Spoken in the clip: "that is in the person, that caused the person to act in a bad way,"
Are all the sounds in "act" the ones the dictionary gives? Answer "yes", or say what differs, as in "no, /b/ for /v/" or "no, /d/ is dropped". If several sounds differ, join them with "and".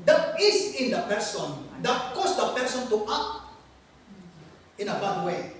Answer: no, /k/ is dropped